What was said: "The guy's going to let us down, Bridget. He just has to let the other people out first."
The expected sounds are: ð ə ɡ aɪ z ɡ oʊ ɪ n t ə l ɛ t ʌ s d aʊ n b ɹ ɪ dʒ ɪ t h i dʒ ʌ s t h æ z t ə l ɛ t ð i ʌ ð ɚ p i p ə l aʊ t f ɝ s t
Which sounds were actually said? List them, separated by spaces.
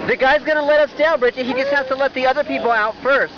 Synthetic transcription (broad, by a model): ð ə ɡ aɪ z ɡ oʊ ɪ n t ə l ɛ t ʌ s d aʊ l b ɹ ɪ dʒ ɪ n h i dʒ ʌ s t h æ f t ə l ɛ t ð i ʌ ð ɚ p i p l aʊ t f ɝ s t